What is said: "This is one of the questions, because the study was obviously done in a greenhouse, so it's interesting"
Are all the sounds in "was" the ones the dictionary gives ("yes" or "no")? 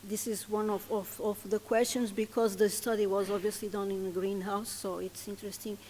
yes